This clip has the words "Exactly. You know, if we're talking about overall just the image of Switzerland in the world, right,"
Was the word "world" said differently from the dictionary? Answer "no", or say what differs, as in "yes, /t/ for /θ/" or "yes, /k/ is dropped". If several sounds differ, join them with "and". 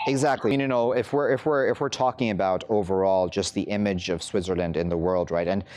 no